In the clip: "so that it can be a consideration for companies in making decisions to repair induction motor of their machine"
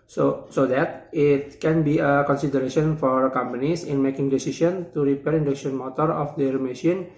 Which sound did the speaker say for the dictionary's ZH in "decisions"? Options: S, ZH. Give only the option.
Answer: S